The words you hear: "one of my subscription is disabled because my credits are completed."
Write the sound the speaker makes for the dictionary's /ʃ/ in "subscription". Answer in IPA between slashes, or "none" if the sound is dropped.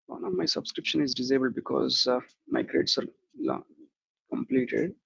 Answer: /ʃ/